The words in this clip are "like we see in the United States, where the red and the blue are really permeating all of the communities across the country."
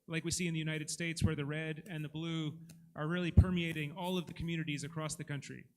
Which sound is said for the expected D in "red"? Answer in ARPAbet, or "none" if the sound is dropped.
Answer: D